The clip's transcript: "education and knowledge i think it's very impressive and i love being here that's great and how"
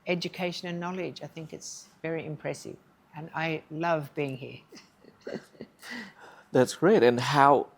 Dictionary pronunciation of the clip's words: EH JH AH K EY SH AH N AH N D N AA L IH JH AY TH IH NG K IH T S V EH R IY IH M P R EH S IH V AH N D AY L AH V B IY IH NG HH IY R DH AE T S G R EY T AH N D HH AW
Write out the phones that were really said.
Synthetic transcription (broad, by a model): EH JH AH K EY SH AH N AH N N AA L IH JH AY TH IH NG K IH T S V EH R IY IH M P R EH S IH V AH N AY L AH V B IY IH NG HH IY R DH AE T S G R EY T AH N HH AW